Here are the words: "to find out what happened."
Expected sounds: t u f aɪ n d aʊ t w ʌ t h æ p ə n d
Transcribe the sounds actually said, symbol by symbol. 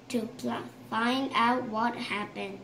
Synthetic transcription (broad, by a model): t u f aɪ n d aʊ t w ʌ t h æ p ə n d